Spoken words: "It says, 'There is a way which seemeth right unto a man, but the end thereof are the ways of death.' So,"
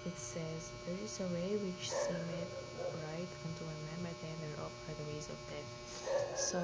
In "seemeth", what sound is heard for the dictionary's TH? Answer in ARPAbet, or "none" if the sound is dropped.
T